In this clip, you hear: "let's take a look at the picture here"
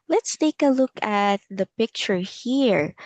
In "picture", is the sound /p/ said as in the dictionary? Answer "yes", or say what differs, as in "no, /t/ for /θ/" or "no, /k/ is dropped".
yes